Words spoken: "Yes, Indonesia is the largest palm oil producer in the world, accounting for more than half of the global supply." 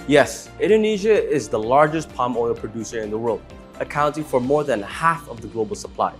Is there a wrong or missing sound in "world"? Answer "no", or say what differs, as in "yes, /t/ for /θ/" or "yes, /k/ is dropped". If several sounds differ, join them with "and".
no